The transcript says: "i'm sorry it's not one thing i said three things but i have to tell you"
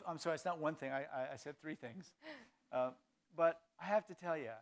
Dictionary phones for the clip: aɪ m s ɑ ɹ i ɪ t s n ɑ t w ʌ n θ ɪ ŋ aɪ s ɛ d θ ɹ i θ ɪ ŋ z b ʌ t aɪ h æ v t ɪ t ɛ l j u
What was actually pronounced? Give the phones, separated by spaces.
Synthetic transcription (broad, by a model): aɪ m s ɑ ɹ i ɪ t s n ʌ t w ʌ n θ ɪ ŋ aɪ s ɛ d θ ɹ i θ ɪ ŋ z b ʌ t aɪ h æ f t ɪ t ɛ l j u